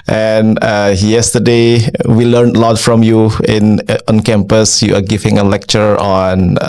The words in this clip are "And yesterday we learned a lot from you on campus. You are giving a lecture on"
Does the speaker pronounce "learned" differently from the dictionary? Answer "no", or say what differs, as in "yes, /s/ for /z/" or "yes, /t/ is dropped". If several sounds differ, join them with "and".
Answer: yes, /d/ is dropped